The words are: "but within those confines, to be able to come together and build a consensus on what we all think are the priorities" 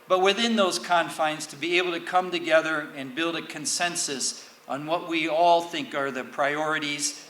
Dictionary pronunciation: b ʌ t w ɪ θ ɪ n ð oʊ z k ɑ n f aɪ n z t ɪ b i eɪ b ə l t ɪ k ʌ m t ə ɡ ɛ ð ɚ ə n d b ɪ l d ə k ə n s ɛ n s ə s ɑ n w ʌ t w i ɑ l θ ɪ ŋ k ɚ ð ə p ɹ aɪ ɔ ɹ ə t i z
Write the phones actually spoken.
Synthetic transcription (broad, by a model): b ʌ t w ɪ θ ɪ n ð oʊ z k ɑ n f aɪ n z t ɪ b i eɪ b l t ɪ k ʌ m t ə ɡ ɛ ð ɚ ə n b ɪ l d ə k ə n s ɛ n s ə s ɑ n w ʌ t w i ɑ l θ ɪ ŋ k ɚ ð ə p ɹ aɪ ɔ ɹ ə t i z